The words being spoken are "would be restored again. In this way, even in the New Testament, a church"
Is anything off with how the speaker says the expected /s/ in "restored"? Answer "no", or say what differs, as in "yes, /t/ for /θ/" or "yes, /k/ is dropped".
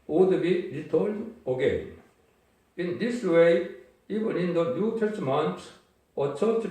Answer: yes, /s/ is dropped